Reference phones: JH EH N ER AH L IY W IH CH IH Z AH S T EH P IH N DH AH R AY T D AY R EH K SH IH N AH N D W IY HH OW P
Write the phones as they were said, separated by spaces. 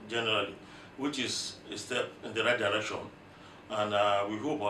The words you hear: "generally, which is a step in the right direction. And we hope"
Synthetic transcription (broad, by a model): JH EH N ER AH L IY W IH CH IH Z AH S T EH P IH N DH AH R AY T D AY R EH K SH IH N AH N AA W IY HH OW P